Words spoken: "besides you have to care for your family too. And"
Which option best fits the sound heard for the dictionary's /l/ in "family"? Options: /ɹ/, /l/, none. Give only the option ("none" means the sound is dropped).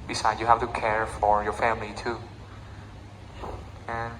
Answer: /l/